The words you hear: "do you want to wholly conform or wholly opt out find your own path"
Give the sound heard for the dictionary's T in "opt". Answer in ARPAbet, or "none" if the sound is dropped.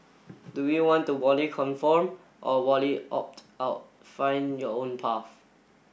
T